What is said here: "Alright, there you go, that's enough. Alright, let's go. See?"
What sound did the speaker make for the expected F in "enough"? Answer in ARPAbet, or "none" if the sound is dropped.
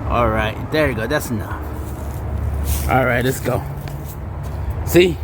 none